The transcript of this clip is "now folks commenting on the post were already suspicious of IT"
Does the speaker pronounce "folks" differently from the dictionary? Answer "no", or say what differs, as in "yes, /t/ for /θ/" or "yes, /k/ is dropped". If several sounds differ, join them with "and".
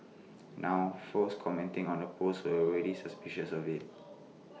yes, /k/ is dropped